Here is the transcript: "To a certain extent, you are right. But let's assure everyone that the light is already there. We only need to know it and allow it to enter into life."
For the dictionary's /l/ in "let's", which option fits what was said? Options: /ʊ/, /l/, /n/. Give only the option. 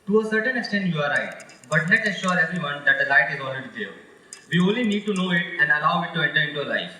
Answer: /n/